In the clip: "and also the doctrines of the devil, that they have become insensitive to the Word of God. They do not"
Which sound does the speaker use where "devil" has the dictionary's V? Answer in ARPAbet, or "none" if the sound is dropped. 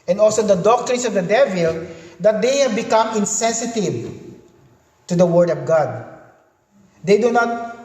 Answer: V